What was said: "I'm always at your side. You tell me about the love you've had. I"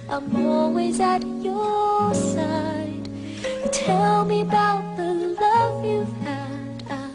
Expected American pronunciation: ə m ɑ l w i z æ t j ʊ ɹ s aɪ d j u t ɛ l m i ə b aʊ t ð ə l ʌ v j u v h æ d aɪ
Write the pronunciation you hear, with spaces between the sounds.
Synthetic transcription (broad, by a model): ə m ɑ w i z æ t j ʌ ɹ s aɪ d t ɛ l m i ə b aʊ t ð ə l ʌ v j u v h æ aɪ